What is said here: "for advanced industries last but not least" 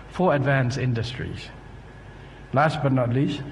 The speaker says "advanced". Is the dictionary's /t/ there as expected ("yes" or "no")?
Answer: no